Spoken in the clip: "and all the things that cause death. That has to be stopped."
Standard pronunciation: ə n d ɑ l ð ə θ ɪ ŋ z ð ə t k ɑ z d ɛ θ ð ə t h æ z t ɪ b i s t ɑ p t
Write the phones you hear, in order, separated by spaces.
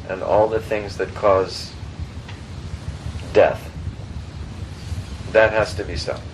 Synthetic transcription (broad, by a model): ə n ɑ l ð ə θ ɪ ŋ z ð ə t k ɑ z d ɛ θ ð ə t h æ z t ɪ b i s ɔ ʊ